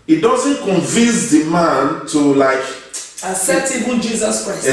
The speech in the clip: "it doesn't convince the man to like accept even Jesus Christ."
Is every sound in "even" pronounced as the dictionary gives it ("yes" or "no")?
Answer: no